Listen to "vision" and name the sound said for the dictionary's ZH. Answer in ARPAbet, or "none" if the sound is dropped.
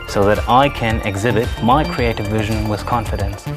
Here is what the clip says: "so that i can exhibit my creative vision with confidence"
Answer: ZH